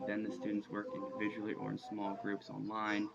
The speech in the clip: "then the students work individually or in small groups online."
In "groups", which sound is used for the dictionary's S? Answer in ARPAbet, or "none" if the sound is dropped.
S